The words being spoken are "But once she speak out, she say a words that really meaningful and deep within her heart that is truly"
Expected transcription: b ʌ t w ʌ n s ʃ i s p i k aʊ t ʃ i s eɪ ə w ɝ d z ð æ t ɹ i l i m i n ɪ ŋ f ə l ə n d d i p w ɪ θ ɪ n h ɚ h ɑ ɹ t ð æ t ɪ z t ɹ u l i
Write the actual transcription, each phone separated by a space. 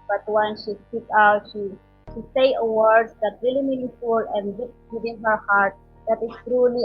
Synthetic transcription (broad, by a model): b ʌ t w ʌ n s ʃ i s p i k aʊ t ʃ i s eɪ ə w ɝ d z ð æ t ɹ i l i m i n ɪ f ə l ə n d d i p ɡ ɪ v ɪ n h ɚ h ɑ ɹ t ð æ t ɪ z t ɹ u l i